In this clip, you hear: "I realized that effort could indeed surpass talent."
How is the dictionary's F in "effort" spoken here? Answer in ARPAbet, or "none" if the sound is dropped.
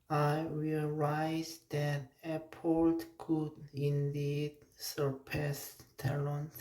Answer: P